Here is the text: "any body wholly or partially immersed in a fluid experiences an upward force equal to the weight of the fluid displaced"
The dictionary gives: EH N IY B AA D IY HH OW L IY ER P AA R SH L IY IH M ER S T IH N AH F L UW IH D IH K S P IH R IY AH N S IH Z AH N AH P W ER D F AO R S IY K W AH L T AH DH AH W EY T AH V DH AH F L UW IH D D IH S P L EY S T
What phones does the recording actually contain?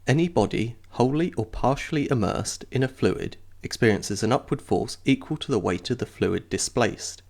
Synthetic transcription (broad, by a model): EH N IY B AA D IY HH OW L IY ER P AA R SH L IY IH M ER S T IH N AH F L UW IH D IH K S P IH R IY AH N S IH Z AH N AH P W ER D F AO R S IY K W AH L T AH DH AH W EY T AH V DH AH F L UW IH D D IH S P L EY S T